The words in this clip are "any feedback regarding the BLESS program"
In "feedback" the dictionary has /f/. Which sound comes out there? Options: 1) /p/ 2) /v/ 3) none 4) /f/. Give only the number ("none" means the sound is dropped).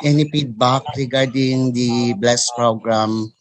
1